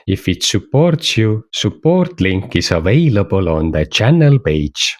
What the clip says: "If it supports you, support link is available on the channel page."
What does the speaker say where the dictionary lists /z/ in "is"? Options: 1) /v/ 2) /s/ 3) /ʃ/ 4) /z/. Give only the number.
2